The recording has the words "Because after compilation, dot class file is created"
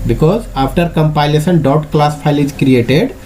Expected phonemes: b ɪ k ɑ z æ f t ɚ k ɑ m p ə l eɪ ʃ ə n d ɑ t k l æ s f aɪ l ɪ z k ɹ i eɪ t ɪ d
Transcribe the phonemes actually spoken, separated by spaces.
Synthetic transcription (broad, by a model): b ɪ k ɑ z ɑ p t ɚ k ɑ m p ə l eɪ s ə n d ɑ t k l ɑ s p aɪ l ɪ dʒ k ɹ i eɪ t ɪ d